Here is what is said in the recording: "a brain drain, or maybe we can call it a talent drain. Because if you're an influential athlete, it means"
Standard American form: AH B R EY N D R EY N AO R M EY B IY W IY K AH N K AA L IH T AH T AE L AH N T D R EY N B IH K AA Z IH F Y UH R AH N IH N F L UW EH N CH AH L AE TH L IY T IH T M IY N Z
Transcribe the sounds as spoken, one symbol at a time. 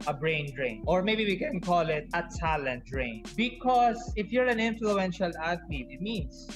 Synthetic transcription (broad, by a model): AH B R EY N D R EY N AO R M EY B IY W IY K AH N K AA L IH T AH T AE L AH N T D R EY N B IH K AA S IH F Y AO R AH N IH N F L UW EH N SH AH L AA T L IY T IH T M IY N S